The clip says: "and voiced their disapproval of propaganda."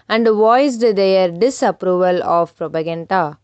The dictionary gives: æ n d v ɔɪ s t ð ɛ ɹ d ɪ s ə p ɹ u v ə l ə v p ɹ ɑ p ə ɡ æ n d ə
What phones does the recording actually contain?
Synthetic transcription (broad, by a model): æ n d v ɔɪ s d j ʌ ɹ d ɪ s ə p ɹ u v ə l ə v p ɹ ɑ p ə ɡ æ n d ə